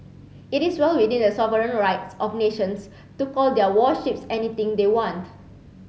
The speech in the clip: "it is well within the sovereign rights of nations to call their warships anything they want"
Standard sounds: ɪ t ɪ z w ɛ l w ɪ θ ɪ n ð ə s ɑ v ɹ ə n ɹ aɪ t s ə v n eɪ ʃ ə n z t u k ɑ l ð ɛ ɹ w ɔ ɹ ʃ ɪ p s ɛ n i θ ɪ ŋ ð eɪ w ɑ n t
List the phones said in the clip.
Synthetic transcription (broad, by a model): ɪ t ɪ s w ɛ l w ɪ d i n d ə s ɑ v ɹ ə n ɹ aɪ t s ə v n eɪ ʃ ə n s t u k ɑ l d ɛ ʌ w ɔ ʃ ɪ p s ɛ n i t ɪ ŋ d eɪ w ɑ n t